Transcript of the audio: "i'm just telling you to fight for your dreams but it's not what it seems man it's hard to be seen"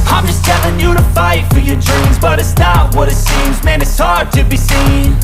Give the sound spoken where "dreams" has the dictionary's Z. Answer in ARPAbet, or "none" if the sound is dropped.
Z